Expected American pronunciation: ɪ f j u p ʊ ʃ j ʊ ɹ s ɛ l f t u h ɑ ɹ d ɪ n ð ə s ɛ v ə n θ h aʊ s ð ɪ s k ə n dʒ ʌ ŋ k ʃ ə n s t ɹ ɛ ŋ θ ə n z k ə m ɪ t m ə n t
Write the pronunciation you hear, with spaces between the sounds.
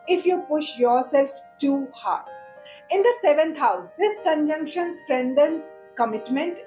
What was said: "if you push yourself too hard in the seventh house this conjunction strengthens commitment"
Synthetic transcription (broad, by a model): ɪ f j u p ʊ ʃ j ʊ ɹ s ɛ l f t u h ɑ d ɪ n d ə s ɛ v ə n t h aʊ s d ɪ s k ə n dʒ ʌ ŋ k ʃ ə n s t ɹ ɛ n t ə n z k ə m ɪ t m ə n t